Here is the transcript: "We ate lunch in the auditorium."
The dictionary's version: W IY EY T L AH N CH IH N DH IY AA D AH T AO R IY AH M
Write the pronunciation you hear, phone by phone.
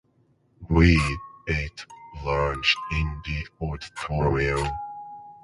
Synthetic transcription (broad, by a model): W IY EY T L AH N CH IH N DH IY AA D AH T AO R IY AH